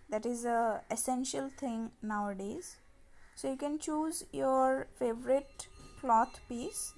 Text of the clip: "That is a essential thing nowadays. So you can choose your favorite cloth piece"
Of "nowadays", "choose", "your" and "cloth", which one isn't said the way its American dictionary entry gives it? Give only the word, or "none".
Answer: cloth